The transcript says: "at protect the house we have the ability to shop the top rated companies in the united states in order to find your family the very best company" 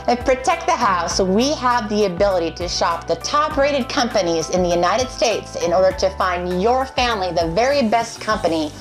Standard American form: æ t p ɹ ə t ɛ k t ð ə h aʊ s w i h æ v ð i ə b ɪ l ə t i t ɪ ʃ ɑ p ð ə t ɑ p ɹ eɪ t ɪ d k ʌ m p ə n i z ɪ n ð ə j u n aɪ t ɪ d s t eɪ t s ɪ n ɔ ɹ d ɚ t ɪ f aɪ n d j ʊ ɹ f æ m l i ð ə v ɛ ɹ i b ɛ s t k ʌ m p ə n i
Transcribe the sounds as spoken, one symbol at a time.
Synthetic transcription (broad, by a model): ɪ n p ɹ ə t ɛ k t ð ə h aʊ s w i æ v ð i ə b ɪ l ə t i t ɪ ʃ ɑ p ð ə t ɑ p ɹ eɪ t ɪ d k ʌ m p ə n i z ɪ n ð ə j u n aɪ t ɪ d s t eɪ t s ɪ n ɔ ɹ d ɚ t ɪ f aɪ n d j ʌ ɹ f æ m l i ð ə v ɛ ɹ i b ɛ s t k ʌ m p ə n i